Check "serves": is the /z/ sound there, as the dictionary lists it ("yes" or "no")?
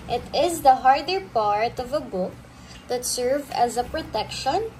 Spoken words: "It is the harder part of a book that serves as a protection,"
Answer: no